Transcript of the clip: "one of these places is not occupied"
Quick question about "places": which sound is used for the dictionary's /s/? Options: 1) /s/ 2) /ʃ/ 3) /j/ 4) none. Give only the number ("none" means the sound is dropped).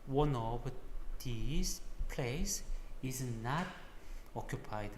4